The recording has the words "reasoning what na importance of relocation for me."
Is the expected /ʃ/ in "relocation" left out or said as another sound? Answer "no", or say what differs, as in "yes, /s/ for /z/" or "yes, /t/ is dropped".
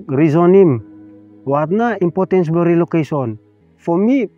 yes, /s/ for /ʃ/